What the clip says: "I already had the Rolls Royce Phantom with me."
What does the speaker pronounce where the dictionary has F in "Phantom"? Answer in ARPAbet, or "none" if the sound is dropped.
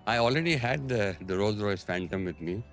F